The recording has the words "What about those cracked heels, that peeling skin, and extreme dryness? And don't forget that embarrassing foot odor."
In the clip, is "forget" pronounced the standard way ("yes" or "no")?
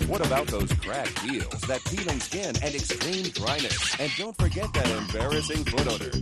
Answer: yes